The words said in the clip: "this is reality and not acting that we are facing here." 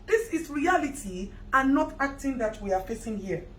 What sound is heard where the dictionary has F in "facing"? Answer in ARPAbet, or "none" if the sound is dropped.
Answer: F